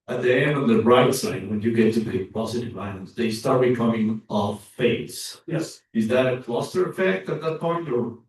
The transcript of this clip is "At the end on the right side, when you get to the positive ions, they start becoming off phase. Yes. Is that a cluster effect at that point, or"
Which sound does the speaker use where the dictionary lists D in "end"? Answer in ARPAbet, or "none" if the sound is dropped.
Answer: D